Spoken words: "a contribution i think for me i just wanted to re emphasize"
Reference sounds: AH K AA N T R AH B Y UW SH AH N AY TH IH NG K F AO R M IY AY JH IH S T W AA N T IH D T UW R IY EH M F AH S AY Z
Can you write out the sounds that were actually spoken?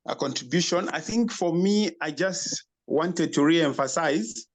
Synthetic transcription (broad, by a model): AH K AA N T R AH B Y UW SH AH N AY TH IH NG K F AO R M IY AY JH IH S T W AA N T IH D T UW R IY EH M F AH S AY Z